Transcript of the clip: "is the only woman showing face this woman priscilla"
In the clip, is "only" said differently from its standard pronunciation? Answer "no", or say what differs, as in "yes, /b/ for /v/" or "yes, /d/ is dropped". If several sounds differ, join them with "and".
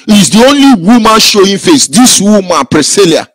no